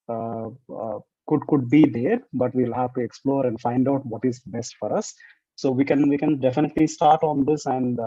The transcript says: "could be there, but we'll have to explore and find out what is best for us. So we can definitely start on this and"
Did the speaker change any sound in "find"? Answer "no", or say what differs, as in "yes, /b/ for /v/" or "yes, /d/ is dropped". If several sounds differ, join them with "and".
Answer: no